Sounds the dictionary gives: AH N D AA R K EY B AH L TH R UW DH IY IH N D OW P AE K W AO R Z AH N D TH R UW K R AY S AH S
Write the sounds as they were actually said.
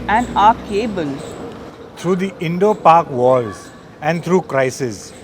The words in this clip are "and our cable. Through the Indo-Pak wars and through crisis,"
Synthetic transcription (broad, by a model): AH N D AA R K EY B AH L T R UW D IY IH N D OW P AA K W AO L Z AH N D T R UW K R AY S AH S